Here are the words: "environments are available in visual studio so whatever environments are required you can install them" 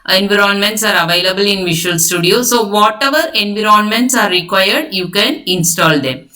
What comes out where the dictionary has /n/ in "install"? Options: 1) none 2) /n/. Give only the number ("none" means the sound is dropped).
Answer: 2